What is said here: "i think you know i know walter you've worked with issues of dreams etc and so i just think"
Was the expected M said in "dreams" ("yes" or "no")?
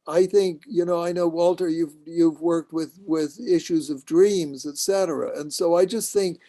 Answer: yes